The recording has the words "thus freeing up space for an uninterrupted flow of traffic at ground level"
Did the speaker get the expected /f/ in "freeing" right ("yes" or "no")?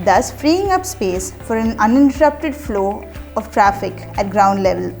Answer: yes